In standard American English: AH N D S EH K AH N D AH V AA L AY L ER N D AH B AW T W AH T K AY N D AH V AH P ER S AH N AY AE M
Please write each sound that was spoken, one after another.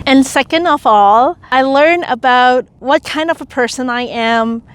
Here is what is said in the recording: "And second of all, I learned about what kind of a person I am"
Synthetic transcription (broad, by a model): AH N S EH K AH N D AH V AA L AY L ER N AH B AW T W AH T K AY N D AH V AH P ER S AH N AY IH M